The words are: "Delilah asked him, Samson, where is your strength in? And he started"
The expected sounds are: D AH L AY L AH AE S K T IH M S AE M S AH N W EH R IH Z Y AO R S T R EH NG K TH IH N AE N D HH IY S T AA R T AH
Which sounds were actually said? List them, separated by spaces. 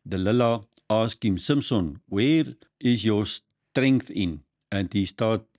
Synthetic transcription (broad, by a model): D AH L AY L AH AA S K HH IH M S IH M S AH N W EH R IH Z Y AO S T R EH NG K TH IH N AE N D HH IY S T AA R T